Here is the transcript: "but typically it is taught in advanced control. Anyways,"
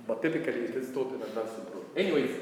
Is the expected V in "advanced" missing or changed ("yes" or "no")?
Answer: yes